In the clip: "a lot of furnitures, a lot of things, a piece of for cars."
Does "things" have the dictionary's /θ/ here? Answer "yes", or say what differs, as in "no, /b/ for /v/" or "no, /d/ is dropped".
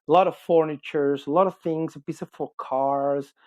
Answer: yes